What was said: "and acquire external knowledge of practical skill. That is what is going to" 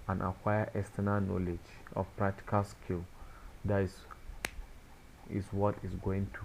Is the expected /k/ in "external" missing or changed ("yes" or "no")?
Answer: yes